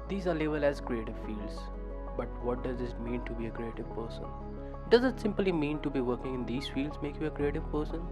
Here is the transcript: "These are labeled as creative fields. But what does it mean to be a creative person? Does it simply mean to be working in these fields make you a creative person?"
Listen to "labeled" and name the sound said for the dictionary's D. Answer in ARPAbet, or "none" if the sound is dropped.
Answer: none